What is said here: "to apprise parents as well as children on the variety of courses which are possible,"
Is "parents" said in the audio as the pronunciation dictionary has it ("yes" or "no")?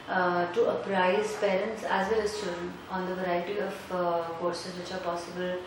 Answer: yes